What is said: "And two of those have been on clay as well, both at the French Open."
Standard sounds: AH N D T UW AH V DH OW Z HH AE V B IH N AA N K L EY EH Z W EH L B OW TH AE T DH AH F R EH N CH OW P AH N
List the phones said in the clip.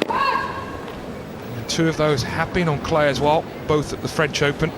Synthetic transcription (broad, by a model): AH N T UW AH V DH OW Z HH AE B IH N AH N K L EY EH Z W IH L B OW TH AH T DH AH F R EH N CH OW P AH N